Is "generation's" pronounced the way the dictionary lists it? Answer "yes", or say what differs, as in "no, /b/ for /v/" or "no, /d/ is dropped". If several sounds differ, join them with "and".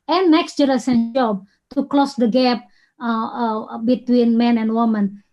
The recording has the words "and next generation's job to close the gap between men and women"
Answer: no, /s/ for /ʃ/ and /z/ is dropped